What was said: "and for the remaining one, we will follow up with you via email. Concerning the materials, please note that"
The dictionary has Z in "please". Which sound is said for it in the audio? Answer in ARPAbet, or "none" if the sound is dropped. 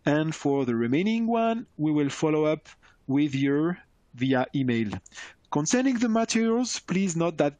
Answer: Z